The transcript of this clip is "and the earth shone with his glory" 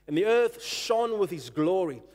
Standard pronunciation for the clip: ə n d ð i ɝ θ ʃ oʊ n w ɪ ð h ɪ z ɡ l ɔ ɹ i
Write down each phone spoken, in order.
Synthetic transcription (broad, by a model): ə n ð i ɝ θ ʃ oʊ n w ɪ ð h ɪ z ɡ l ɔ ɹ i